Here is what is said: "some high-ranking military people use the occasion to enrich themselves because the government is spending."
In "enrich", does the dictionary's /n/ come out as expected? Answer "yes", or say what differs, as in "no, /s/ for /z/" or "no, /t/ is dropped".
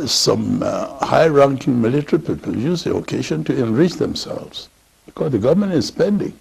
yes